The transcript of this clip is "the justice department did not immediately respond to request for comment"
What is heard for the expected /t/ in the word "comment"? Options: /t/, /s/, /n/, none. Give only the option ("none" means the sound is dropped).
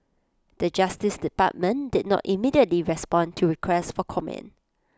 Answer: none